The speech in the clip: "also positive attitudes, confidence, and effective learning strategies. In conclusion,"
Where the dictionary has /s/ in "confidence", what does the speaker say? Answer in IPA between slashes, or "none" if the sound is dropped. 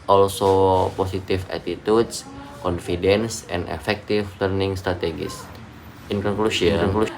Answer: /s/